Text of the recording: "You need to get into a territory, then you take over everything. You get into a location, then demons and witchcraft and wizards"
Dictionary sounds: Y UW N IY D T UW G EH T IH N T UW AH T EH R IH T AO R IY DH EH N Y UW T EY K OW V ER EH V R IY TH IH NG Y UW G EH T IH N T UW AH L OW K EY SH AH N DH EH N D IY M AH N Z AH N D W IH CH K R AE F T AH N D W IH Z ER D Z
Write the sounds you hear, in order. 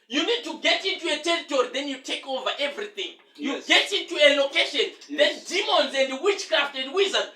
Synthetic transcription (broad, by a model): Y UW N IY D T UW G EH T IH N T UW AH T EH R IH T AO R IY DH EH N Y UW T EY K OW V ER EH V R IY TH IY NG Y UW G EH T IH N T UW AH L OW K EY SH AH N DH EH N D IY M AH N Z AH N D W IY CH K R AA F T AH N D W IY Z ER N